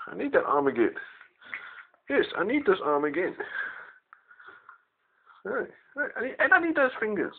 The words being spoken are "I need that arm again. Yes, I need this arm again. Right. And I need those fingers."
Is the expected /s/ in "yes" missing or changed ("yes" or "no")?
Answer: no